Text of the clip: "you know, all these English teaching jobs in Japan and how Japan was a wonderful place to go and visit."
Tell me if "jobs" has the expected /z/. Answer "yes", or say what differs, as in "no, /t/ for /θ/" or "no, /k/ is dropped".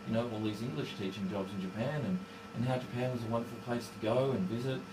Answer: yes